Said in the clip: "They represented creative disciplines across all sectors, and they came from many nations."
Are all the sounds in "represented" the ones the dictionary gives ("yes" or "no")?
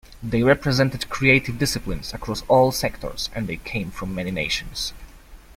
yes